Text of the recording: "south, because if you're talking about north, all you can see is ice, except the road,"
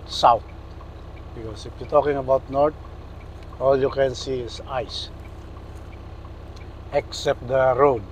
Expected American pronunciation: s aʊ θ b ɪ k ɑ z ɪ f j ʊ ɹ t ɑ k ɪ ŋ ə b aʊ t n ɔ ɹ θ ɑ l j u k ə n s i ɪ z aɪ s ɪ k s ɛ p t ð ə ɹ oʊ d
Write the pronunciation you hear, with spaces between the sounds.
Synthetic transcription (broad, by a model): s aʊ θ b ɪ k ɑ s ɪ f j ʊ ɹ t ɑ k ɪ ŋ ə b aʊ t n ɔ ɹ t ɑ l j u k ə n s i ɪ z aɪ s ɪ k s ɛ p t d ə ɹ oʊ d